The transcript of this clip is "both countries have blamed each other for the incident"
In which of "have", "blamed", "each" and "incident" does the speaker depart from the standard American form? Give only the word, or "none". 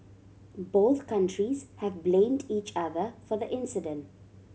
none